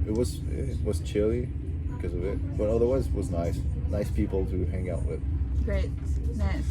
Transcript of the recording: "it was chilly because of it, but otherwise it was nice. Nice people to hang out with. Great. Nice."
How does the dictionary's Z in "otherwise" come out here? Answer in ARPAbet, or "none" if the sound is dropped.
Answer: Z